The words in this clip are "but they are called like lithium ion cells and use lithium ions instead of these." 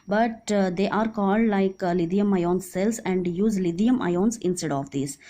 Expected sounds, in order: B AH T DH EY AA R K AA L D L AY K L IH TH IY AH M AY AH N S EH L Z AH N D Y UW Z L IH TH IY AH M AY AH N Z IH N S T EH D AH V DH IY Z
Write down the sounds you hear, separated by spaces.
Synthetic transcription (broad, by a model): B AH T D EY AA R K AA L D L AY K L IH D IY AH M AY AH N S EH L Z AH N D Y UW Z L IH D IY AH M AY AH N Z IH N S T EH D AH V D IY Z